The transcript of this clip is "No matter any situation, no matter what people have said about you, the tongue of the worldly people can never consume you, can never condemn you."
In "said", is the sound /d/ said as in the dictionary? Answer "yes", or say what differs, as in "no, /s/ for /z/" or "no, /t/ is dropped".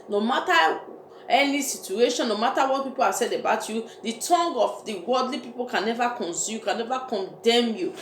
yes